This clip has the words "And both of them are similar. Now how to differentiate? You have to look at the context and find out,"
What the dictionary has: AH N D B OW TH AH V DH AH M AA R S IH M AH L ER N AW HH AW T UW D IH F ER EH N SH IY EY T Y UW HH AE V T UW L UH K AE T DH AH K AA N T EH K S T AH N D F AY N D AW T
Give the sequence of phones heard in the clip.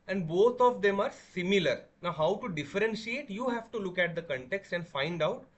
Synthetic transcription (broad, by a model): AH N D B OW T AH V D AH M AA R S IH M AH L ER N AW HH AW T UW D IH F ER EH N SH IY EY T Y UW HH AE V T UW L UH K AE T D AH K AA N T EH K S T AH N D F AY N D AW T